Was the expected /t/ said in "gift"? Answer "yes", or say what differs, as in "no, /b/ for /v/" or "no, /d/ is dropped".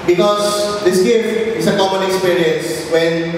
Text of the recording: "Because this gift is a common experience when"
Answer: no, /t/ is dropped